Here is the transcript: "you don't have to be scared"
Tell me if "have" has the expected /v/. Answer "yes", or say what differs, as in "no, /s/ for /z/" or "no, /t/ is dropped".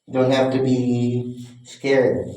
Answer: no, /f/ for /v/